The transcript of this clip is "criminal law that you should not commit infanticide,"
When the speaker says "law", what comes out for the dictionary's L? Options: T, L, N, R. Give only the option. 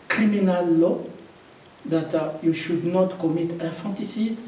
L